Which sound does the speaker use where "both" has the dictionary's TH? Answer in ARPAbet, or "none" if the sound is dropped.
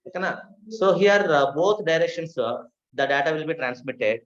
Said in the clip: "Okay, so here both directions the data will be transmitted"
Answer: T